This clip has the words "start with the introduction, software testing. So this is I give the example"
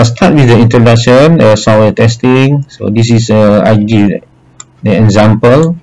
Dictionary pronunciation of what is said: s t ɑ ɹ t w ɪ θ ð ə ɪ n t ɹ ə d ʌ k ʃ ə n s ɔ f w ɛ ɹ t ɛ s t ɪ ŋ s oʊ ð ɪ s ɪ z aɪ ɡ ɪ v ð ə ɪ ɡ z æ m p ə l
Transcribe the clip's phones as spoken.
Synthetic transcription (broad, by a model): s t ɑ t w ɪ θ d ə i n t ɹ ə d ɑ k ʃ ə n s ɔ w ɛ t ɛ s t ɪ ŋ s oʊ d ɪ s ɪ s aɪ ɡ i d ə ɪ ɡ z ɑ m p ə l